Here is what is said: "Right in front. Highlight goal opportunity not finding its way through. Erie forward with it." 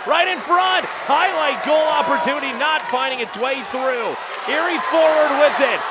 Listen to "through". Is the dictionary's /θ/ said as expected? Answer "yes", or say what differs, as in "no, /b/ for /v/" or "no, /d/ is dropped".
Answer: yes